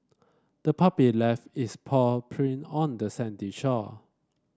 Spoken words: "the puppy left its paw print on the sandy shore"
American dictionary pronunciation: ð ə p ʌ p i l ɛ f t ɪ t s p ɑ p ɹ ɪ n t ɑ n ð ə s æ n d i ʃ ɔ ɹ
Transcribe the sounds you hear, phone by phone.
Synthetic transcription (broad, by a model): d ə p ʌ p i l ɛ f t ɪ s p ɑ p ɹ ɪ n ɑ n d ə s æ n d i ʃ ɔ